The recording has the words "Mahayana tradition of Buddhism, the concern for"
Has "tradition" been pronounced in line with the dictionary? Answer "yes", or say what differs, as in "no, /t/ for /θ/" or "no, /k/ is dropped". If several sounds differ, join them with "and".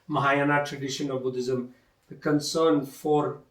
yes